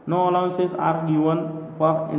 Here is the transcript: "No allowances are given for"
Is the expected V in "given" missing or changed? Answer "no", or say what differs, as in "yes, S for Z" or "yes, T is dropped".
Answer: yes, W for V